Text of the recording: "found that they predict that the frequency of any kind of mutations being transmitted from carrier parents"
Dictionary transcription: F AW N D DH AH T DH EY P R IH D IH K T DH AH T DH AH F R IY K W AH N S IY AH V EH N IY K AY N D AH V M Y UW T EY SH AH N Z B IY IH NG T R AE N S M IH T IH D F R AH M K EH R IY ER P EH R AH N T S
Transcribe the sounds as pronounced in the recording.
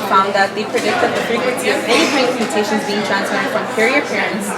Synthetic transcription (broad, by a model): F AW N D DH AH T DH EY P R IH D IH K T DH AH T DH AH F R IY K W AH N S IY AH V EH N IY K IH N AH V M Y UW T EY SH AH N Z B IY IH NG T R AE N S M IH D F R AH M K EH R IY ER P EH R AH N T S